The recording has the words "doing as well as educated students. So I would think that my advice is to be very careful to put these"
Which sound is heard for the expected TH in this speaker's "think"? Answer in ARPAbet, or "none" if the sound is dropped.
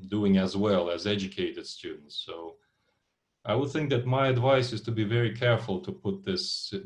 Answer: TH